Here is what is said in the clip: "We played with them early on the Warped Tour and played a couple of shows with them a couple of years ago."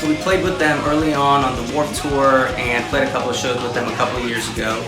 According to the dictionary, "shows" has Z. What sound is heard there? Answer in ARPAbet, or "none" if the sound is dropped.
Z